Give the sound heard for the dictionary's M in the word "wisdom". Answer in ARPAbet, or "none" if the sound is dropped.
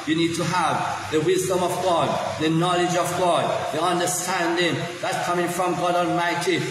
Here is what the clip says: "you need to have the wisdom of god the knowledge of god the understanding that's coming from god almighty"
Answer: M